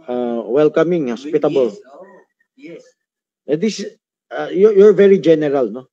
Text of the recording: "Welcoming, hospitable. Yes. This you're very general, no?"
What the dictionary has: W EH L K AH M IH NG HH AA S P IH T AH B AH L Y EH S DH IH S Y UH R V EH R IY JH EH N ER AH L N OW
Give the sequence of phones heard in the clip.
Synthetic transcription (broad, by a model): W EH L K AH M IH NG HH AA S P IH T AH B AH L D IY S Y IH Y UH R V EH R IY JH EH N ER AH L N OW